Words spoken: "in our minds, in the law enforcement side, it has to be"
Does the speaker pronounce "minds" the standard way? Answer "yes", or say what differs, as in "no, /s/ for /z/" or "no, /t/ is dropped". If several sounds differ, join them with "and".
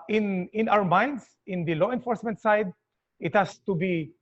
no, /s/ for /z/